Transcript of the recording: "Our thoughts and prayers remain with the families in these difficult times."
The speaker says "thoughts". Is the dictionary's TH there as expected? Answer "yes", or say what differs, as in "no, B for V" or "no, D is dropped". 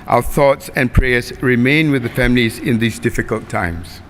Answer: yes